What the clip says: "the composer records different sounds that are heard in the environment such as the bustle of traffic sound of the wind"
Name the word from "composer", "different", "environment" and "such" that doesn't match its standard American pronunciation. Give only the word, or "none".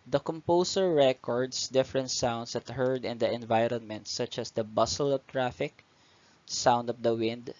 composer